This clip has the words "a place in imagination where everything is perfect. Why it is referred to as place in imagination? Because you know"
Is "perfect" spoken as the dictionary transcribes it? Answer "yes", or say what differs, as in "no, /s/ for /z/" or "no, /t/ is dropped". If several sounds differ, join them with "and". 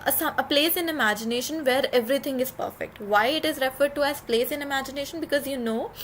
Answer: yes